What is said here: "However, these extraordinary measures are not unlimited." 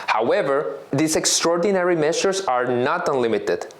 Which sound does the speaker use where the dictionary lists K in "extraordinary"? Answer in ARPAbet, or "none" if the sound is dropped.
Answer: K